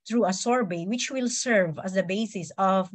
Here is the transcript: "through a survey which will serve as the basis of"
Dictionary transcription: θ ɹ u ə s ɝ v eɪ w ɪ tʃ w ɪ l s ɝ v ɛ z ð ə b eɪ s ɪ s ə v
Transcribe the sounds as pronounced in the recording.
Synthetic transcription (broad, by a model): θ ɹ u ə s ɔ b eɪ w ɪ tʃ w ɪ l s ɝ v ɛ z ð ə b eɪ s ɪ s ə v